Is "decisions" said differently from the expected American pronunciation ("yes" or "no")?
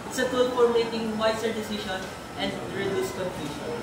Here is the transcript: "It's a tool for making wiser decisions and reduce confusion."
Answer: yes